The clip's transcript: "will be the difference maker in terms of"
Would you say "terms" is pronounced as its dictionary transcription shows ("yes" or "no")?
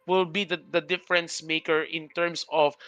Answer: no